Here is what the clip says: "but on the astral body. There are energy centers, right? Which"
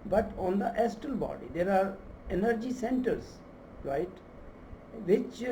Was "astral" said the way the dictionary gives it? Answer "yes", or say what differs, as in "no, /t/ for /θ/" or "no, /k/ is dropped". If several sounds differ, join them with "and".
no, /ɹ/ is dropped